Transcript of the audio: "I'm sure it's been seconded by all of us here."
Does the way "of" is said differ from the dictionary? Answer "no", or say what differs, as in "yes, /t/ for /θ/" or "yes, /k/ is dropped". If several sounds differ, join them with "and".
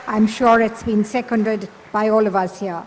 no